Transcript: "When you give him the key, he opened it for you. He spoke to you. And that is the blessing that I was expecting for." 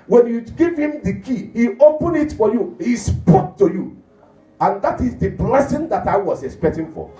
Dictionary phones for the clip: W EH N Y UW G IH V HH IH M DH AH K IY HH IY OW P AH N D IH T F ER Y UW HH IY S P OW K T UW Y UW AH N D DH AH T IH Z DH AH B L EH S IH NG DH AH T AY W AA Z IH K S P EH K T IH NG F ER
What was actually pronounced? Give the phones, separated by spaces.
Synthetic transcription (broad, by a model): W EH N Y UW G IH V HH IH M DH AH K IY HH IY OW P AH N IH T F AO Y UW HH IY S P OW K T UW Y UW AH N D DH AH T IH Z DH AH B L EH S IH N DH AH T AY W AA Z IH K S P EH K T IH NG F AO